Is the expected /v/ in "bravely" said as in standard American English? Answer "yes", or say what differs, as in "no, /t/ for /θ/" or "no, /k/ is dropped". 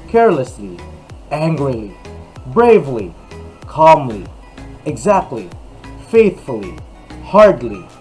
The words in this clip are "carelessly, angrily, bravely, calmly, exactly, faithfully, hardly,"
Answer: yes